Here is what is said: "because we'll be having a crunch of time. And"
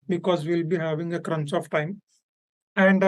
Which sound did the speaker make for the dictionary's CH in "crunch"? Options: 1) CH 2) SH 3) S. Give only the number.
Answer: 3